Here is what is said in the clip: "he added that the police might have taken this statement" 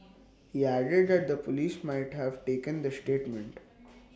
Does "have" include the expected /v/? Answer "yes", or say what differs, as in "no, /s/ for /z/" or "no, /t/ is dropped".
yes